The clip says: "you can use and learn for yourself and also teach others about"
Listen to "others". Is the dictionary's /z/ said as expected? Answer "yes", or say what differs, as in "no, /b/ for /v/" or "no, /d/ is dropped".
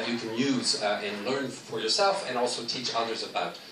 yes